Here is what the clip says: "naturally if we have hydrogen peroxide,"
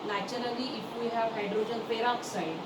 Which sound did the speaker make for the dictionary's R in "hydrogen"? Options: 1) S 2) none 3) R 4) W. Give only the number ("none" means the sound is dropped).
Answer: 3